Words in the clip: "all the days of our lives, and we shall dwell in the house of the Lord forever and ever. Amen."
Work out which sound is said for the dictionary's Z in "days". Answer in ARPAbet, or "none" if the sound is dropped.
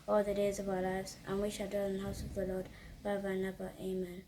Z